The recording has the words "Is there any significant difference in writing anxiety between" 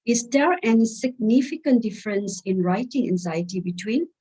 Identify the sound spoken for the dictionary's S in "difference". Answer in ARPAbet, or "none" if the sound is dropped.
S